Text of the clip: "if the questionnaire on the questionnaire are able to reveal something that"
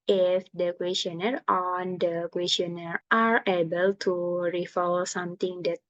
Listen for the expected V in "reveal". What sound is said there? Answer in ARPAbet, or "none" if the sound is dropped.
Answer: F